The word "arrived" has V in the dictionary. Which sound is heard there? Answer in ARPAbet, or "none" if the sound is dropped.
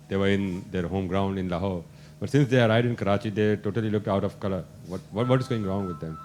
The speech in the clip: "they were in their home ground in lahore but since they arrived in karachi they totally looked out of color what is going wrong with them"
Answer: none